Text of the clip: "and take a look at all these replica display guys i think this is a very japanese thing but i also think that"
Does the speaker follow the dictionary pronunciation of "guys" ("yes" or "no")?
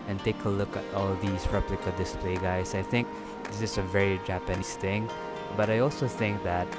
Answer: no